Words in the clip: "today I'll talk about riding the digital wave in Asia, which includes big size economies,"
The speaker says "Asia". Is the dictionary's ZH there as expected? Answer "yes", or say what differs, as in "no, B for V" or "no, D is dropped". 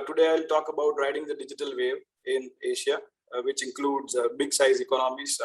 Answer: no, SH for ZH